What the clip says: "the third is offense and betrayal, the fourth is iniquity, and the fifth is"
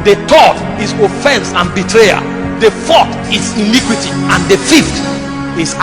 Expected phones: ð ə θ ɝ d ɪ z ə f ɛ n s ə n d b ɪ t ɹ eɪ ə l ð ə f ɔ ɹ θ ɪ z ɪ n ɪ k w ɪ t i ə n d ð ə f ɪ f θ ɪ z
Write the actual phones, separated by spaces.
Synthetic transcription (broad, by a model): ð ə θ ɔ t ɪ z ə f ɛ n s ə n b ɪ t ɹ eɪ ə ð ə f ɔ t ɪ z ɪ n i k w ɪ t i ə n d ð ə f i f t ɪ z